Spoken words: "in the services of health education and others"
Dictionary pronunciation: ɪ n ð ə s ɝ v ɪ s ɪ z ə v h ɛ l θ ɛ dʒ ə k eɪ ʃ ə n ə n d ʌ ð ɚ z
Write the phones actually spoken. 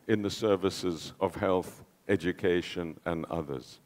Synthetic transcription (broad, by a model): ɪ n ð ə s ɝ v ɪ s ɪ z ə v h ɛ l θ ɛ dʒ ə k eɪ ʃ ə n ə n ʌ ð ɚ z